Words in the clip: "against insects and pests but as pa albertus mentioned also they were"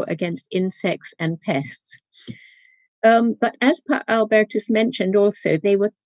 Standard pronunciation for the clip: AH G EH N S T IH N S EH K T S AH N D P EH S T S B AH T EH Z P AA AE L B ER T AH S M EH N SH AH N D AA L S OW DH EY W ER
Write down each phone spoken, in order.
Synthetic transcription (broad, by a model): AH G EH N S T IH N S EH K T S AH N P EH S T S B AH T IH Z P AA AE L B ER T AH S M EH N SH AH N D AA L S OW DH EY W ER